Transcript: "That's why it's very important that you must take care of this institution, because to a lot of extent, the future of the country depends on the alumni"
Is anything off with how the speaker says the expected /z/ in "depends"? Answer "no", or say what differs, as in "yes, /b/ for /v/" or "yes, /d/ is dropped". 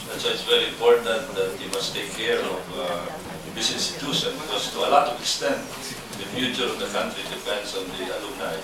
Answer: yes, /s/ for /z/